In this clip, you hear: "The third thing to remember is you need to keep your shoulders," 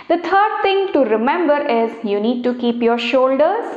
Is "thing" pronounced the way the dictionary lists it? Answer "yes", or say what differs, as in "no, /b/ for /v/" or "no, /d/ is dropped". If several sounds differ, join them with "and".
no, /t/ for /θ/